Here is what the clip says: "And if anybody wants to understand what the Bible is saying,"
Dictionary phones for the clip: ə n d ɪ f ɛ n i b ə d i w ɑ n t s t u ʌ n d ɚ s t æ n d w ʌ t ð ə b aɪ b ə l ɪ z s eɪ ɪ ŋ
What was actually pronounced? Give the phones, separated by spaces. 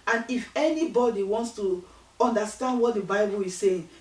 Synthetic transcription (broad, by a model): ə n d ɪ f ɛ n i b ə d i w ɑ n t s t u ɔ n d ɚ s t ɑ n d w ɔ t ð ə b aɪ b ə l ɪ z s eɪ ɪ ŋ